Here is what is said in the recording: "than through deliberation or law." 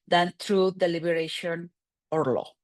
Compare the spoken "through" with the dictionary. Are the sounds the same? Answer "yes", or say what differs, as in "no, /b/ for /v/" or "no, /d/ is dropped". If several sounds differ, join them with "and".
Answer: no, /t/ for /θ/